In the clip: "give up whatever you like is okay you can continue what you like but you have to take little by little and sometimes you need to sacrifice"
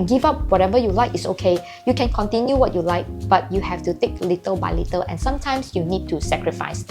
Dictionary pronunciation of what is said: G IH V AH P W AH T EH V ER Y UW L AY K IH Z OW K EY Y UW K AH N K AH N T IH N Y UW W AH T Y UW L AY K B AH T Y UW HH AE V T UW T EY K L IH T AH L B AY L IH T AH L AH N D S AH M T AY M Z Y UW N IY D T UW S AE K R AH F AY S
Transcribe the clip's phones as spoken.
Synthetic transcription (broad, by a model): G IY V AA P W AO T EH V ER Y UW L AY K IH S OW K EY Y UW K AH N K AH N T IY N Y UW W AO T Y UW L AY K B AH T Y UW HH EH F T UW T EY K L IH T AH L B AY L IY T AH L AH N S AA M T AY M S Y UW N IY D T UW S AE K R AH F AY S